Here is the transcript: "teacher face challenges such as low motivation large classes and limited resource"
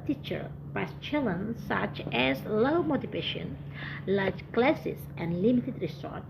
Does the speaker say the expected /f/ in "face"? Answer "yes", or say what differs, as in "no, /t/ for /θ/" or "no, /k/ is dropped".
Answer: no, /p/ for /f/